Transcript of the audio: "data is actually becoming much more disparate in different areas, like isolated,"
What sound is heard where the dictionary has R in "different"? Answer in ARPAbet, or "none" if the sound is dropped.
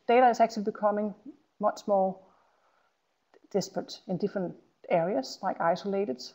R